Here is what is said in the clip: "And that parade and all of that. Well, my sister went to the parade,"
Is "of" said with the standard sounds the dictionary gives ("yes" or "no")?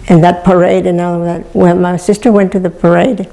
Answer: no